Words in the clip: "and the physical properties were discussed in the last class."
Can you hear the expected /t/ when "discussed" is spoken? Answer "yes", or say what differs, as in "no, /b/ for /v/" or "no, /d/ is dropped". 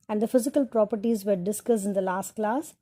no, /t/ is dropped